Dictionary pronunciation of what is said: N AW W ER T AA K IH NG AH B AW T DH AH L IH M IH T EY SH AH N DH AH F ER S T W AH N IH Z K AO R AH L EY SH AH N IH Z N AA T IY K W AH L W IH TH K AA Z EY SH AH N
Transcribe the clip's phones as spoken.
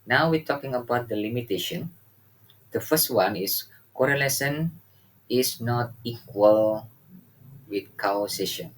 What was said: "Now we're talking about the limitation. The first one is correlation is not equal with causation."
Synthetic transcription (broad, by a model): N AW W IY T AA K IH NG AH B AW T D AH L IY M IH T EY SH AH N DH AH F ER S T W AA N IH S K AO R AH L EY S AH N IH S N AA T IY K W AH L W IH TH K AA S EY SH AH N